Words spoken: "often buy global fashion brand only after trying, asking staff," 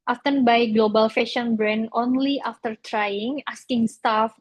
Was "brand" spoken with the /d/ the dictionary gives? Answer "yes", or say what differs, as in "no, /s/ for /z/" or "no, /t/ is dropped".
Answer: no, /d/ is dropped